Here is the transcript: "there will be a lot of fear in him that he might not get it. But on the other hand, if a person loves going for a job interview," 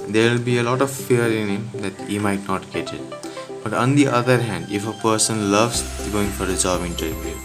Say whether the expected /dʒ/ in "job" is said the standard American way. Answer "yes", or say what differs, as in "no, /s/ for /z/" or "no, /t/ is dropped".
no, /z/ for /dʒ/